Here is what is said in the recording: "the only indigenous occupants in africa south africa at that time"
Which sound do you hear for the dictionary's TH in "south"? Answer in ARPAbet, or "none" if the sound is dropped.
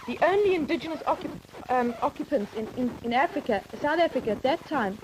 TH